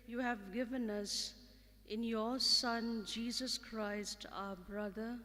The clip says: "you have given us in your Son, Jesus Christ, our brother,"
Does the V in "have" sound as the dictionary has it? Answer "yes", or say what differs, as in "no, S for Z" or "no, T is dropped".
yes